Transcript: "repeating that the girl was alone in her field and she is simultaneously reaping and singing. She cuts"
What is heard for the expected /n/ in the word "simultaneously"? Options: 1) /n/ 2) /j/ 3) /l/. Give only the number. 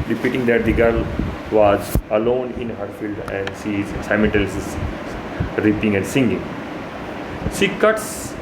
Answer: 3